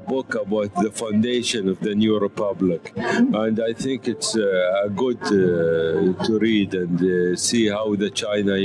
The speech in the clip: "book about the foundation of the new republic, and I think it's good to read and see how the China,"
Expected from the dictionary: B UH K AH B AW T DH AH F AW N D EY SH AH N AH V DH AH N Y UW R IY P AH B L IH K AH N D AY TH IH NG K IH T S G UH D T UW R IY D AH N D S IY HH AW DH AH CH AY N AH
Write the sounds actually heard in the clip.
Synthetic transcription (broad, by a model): B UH K AH B AW T DH AH F AW N D EY SH AH N AH V DH AH N Y UW R IY P AH B L IH K AH N D AY TH IH NG K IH T S G UH D T UW R IY D AH N D S IY HH AW DH AH CH AY N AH